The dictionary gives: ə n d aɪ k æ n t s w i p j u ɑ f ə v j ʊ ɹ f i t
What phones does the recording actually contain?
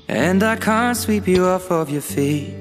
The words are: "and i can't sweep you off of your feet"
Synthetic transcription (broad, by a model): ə n d aɪ k æ n t s w i p j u ɑ f ə v j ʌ ɹ f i t